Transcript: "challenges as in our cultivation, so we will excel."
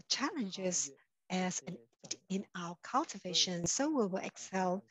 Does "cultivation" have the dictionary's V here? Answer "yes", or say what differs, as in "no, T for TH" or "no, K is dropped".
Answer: yes